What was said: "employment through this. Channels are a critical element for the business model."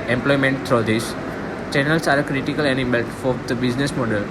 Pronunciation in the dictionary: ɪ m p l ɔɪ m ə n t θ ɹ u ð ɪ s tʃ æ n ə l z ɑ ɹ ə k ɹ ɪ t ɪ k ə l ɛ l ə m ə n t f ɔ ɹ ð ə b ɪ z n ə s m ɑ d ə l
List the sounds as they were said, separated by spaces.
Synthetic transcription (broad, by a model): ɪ m p l ɔɪ m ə n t t ɹ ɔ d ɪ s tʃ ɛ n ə l s ɑ ɹ ə k ɹ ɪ t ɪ k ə l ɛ n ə m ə l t f ɔ ɹ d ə b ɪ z n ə s m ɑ d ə l